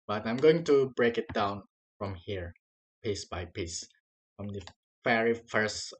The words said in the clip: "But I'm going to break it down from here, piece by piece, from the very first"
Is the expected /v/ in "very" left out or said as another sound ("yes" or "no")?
yes